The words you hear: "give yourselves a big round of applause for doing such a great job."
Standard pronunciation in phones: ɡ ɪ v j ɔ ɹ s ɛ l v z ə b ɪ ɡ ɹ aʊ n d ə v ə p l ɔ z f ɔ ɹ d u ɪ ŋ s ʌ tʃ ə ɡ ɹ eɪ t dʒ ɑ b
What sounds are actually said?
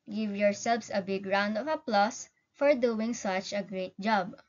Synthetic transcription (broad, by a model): ɡ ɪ v j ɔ ɹ s ɛ l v s ə b ɪ ɡ ɹ aʊ n d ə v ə p l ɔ s f ɔ ɹ d u ɪ ŋ s ʌ tʃ ə ɡ ɹ eɪ t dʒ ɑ b